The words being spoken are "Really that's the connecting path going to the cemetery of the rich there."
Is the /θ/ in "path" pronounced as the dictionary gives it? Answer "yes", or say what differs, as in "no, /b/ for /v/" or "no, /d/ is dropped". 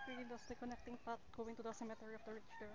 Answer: no, /t/ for /θ/